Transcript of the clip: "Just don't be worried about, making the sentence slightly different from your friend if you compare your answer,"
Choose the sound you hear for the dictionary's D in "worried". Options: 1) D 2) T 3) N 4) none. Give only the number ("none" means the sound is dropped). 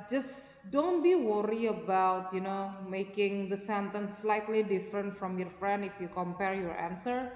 4